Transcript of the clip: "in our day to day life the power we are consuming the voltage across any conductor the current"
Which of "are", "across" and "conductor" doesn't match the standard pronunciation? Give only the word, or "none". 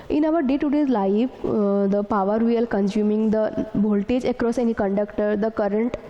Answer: are